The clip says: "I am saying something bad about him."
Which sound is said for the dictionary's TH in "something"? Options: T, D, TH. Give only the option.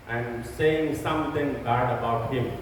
T